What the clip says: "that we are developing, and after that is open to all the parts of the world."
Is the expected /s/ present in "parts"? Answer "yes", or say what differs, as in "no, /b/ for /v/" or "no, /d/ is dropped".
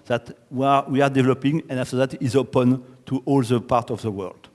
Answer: no, /s/ is dropped